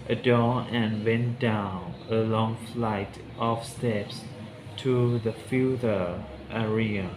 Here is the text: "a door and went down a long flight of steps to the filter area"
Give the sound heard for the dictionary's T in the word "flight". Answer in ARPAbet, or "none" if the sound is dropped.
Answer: T